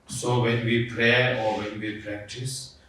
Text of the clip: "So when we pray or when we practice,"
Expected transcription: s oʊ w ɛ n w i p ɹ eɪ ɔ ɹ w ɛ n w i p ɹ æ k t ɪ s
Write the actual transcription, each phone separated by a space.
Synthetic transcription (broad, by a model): s oʊ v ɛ n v i p ɹ eɪ ɔ ɹ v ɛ n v i p ɹ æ k t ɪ s